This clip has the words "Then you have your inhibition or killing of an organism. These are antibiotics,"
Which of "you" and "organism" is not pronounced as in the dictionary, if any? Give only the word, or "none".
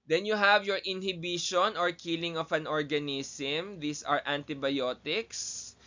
organism